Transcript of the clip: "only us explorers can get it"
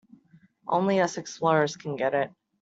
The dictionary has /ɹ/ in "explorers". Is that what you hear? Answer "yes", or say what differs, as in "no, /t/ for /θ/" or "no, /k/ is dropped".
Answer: no, /ɹ/ is dropped